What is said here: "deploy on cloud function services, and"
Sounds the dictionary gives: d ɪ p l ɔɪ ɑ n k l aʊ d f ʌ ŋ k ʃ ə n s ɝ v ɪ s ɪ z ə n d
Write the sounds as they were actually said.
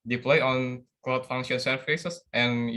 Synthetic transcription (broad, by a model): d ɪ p l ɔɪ ɑ n k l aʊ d f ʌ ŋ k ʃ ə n s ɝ f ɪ s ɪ s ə n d